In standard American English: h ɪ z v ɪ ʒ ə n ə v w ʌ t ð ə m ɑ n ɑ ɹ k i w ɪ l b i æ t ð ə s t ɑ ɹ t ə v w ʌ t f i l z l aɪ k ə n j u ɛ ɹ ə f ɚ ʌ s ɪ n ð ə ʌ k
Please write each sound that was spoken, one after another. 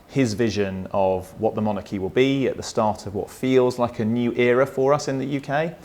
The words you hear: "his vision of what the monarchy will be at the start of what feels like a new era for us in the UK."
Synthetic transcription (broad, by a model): h ɪ z v ɪ ʒ ə n ə v w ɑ t ð ə m ɑ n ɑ k i w ɪ l b i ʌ t ð ə s t ɑ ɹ t ə v w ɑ t f i l z l aɪ k ə n j u ɛ ɹ ə f ɚ ʌ s ɪ n ð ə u k